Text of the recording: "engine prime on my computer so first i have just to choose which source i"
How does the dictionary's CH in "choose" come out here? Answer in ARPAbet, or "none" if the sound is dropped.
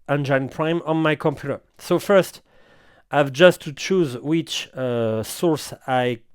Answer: CH